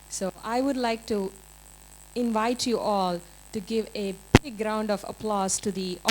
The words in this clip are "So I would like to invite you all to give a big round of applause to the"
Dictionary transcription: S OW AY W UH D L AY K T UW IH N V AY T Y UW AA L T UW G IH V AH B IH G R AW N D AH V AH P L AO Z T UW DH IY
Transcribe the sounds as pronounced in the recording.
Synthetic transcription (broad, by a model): S OW AY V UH D L AY K T UW IH N V AY T Y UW AA L T UW G IH V AH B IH G R AW N D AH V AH P L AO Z T UW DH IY